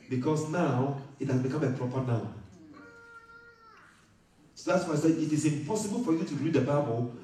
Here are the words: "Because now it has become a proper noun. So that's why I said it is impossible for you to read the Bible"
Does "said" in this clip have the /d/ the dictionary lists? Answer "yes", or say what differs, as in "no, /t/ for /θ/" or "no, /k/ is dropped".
no, /d/ is dropped